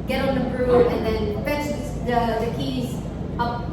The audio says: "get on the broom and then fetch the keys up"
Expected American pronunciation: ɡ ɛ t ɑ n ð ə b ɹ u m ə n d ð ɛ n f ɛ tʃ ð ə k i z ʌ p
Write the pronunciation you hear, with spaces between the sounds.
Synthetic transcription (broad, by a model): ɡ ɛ t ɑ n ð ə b ɹ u ə n ð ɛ n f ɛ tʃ ð ə k i z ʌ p